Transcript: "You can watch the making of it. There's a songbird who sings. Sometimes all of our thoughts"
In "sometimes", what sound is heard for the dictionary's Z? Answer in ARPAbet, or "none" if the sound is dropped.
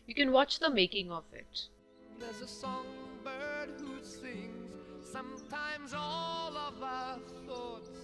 Z